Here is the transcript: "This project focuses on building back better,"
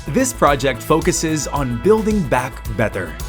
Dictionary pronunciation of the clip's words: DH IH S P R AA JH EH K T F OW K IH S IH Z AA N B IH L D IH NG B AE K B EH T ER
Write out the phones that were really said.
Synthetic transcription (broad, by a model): DH IH S P R AA JH EH K T F OW K IH S IH Z N B IH L D IH NG B AE K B EH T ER